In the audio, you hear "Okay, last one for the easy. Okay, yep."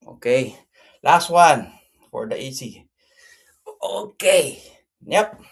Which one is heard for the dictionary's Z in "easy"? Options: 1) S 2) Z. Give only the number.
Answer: 1